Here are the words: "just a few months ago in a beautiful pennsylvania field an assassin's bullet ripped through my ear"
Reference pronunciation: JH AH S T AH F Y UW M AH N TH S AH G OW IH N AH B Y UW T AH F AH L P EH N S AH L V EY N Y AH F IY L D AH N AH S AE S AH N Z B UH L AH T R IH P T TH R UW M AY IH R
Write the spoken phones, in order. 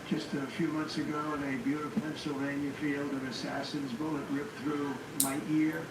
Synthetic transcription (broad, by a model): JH AH S T AH F Y UW M AH N TH S AH G OW IH N AH B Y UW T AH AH P EH N S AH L V EY N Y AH F IY L D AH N AH S AE S AH N Z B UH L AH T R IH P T TH R UW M AY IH R